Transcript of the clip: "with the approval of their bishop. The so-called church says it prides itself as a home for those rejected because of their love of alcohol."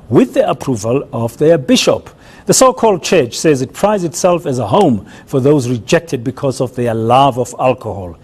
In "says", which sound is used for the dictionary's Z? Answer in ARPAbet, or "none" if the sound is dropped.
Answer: Z